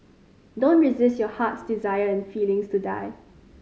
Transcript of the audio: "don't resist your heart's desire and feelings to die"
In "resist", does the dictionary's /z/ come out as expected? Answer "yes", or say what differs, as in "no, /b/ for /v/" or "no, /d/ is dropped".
yes